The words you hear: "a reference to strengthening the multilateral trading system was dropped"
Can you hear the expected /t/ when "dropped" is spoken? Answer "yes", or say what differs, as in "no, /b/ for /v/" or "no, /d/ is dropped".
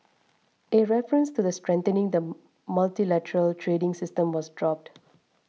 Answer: yes